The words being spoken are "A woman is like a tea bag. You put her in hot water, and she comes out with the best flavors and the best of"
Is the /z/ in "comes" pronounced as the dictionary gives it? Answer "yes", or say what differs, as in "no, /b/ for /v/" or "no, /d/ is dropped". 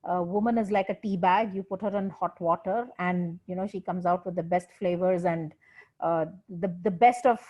yes